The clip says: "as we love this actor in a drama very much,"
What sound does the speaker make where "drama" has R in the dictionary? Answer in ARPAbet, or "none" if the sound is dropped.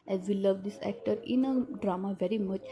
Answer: R